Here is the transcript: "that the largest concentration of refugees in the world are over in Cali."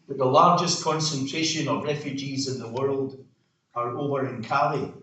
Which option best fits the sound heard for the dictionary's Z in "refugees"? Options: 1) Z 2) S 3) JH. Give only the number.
1